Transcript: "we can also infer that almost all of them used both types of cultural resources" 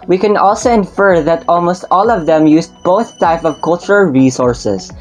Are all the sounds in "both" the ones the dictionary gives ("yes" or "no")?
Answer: yes